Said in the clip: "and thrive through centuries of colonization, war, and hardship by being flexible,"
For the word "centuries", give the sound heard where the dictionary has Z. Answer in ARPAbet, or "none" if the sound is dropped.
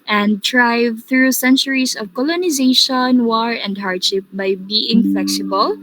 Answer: S